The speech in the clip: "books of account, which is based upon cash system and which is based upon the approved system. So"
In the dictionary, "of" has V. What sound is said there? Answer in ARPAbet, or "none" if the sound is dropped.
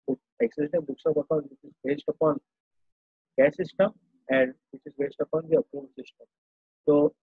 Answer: B